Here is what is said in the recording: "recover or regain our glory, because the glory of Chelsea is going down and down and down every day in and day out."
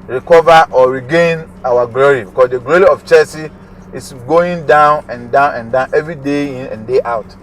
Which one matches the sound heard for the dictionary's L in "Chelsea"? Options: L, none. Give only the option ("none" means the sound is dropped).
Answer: none